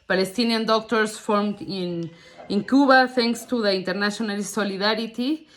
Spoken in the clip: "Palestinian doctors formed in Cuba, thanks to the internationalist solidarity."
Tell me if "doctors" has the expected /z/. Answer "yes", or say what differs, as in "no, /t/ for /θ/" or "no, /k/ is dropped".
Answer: no, /s/ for /z/